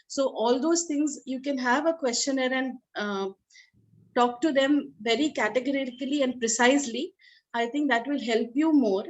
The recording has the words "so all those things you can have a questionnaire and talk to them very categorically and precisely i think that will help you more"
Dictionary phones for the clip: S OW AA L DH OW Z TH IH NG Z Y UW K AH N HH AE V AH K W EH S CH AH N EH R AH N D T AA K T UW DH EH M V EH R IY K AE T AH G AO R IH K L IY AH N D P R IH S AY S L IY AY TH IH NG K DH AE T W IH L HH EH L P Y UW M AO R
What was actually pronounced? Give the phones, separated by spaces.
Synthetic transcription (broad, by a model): S OW AA L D OW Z T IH NG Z Y UW K AH N HH AE V AH K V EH S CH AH N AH R AH N D T AA K T UW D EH M V EH R IY K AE T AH G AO R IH K L IY AH N D P R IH S AY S L IY AY T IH NG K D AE T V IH L HH EH L P Y UW M AO R